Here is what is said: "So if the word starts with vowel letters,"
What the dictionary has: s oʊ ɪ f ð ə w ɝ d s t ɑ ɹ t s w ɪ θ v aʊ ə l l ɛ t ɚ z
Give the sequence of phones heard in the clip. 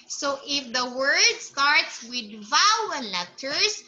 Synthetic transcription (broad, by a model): s oʊ ɪ f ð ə w ɝ d s t ɑ ɹ t s w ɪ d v aʊ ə n l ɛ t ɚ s